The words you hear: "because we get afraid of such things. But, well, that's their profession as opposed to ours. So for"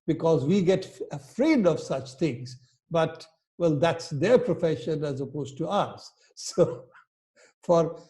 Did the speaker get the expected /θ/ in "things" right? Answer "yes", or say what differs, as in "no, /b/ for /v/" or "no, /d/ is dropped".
no, /t/ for /θ/